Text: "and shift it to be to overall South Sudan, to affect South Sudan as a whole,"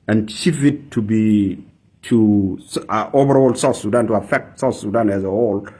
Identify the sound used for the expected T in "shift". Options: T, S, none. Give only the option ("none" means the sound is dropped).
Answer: none